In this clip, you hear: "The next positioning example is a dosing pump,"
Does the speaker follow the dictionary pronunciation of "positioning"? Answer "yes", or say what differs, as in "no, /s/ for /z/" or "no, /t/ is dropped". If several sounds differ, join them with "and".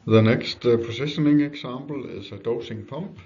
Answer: no, /s/ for /z/